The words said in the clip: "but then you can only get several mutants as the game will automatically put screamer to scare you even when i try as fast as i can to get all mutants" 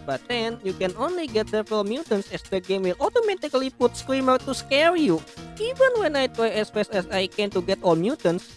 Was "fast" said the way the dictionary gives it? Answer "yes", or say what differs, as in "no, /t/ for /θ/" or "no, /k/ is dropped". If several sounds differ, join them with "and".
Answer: no, /t/ is dropped